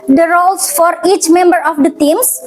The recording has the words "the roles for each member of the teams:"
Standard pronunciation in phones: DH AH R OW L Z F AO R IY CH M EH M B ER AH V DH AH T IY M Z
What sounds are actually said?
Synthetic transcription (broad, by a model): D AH R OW L S F AO R IY CH M EH M B ER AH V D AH T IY M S